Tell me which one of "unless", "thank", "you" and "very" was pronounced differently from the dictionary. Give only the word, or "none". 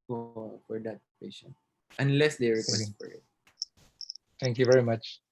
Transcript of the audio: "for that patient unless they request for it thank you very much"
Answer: thank